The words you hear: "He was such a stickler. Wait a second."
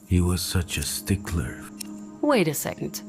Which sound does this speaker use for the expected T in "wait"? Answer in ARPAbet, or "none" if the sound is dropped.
T